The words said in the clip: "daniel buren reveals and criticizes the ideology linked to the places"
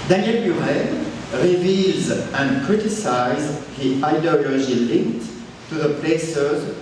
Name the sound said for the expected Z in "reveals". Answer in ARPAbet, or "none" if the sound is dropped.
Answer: Z